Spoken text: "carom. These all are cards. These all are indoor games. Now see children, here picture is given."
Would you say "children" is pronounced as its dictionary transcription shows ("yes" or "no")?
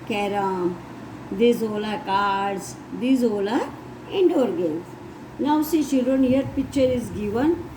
no